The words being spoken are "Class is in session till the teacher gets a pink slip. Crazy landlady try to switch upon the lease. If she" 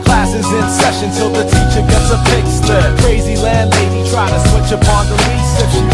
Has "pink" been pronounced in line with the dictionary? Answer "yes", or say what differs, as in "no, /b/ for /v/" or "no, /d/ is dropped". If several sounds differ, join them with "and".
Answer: no, /ŋ/ is dropped